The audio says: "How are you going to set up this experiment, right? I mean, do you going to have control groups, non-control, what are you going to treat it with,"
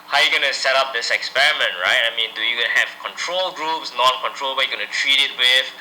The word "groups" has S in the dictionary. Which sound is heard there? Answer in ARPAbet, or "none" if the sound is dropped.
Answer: S